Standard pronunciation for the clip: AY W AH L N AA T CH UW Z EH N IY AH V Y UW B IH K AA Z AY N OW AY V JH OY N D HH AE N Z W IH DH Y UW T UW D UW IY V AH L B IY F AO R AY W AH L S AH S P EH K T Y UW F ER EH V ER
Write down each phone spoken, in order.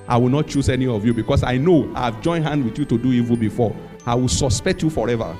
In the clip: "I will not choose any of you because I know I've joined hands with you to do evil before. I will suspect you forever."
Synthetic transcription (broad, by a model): AY W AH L N AA T CH UW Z EH N IY AH V Y UW B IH K AA S AY N OW AY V JH OY N D HH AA N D W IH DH Y UW T UW D UW IY V AH L B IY F AO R AY W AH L S AH S P EH K T Y UW F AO EH V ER